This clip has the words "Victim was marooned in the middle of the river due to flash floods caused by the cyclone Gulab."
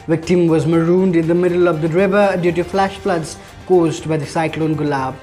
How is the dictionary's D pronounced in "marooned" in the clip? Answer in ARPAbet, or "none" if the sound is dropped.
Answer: D